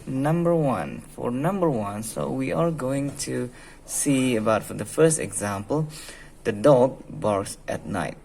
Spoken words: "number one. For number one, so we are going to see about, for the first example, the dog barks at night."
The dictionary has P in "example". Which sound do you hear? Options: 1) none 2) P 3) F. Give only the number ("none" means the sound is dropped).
2